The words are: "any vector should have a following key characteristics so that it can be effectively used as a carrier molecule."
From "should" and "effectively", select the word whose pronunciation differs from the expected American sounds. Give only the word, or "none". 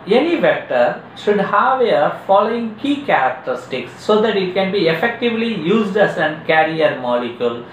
none